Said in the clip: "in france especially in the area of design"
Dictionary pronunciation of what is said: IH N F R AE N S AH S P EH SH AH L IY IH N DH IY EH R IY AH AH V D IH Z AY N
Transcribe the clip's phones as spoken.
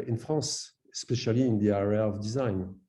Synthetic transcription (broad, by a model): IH N F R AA S AH S P EH SH AH L IY IH N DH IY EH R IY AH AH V D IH Z AY N